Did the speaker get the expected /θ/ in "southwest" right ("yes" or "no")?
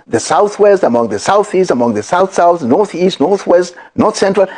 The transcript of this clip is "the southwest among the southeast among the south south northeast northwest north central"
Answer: yes